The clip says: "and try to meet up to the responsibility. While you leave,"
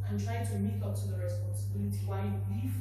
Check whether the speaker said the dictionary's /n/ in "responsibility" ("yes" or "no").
yes